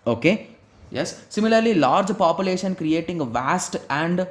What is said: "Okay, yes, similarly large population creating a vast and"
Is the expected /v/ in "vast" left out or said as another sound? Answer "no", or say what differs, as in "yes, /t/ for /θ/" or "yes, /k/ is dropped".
no